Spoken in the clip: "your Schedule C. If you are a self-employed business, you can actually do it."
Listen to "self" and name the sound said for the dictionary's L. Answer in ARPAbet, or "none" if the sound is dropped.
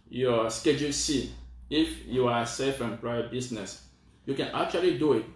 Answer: none